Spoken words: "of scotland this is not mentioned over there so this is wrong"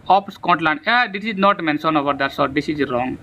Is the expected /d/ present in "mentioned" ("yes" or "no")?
no